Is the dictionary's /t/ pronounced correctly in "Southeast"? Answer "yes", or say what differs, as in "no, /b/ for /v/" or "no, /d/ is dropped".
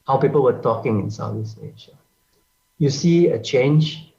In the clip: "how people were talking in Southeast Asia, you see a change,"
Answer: no, /t/ is dropped